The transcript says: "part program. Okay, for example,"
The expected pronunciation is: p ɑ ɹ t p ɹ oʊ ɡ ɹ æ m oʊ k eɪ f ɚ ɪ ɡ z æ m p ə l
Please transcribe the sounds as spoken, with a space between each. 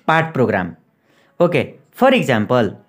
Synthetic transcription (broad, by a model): p ɑ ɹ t p ɹ oʊ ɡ ɹ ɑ m oʊ k eɪ p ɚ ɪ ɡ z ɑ m p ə l